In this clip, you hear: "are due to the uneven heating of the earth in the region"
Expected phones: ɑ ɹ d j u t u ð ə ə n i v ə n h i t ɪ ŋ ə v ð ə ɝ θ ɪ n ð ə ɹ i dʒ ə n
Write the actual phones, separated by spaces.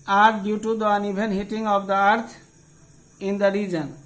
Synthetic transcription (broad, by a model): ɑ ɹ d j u t u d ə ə n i b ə n h i t ɪ ŋ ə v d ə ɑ t ɪ n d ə ɹ i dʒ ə n